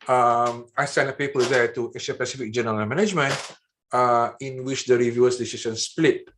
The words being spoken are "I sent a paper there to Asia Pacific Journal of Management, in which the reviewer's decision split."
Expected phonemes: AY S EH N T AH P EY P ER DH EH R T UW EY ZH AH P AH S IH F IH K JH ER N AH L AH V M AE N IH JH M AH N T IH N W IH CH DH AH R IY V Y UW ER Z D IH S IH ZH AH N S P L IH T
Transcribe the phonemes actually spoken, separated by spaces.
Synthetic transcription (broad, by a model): AY S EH N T AH P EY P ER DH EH T UW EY SH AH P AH S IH F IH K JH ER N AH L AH M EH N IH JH M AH N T IH N W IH CH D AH R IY V Y UW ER S D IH S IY S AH N S P L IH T